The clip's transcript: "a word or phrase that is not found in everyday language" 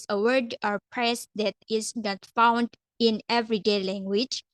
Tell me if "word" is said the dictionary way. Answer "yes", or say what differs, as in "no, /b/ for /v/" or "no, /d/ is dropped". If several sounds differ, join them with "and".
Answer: yes